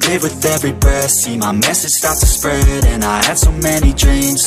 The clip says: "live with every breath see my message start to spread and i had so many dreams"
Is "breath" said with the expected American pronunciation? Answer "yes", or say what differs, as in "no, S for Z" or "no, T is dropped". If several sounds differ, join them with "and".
no, R is dropped